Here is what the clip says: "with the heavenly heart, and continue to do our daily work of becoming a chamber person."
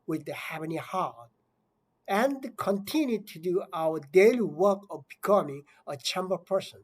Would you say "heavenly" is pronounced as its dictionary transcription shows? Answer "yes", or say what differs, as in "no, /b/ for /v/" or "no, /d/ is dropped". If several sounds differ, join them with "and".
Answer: no, /l/ is dropped